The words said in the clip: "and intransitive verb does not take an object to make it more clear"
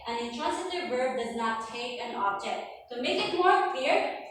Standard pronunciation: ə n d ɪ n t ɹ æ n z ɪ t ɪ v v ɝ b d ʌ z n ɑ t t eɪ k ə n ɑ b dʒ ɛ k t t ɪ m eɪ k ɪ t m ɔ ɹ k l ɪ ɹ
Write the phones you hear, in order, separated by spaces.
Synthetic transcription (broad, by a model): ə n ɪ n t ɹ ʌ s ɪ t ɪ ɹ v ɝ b d ʌ z n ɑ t t eɪ k ə n ɑ b dʒ ɛ k t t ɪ m eɪ k ɪ t m ɔ ɹ k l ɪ ɹ